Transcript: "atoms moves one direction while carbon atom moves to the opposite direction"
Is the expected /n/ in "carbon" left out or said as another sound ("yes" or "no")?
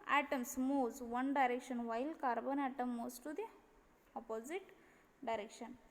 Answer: no